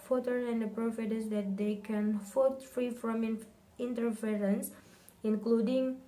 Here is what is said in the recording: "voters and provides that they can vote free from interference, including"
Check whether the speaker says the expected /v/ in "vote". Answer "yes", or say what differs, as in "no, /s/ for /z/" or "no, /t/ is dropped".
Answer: no, /f/ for /v/